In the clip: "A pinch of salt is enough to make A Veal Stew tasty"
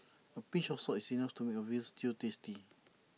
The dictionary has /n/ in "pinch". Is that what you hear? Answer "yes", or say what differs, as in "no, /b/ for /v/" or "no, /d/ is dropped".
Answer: no, /n/ is dropped